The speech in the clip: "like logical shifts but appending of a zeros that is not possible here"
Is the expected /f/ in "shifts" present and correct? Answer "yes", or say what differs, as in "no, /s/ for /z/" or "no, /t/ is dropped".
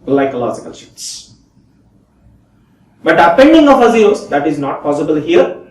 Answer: no, /f/ is dropped